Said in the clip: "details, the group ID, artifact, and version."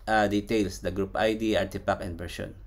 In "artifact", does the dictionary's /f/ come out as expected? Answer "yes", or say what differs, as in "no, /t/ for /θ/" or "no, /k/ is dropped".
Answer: no, /p/ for /f/